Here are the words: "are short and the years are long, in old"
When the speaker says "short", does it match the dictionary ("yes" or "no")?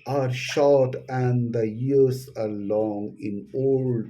yes